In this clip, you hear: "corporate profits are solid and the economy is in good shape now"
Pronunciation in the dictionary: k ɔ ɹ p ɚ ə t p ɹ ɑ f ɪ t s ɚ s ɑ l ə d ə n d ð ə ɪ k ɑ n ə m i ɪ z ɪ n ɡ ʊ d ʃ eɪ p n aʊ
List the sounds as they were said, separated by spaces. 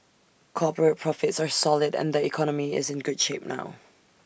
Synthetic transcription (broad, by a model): k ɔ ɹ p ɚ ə t p ɹ ɑ f ɪ t s ɚ s ɑ l ə d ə n ð ə ɪ k ɑ n ə m i ɪ z ɪ n ɡ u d ʃ eɪ p n aʊ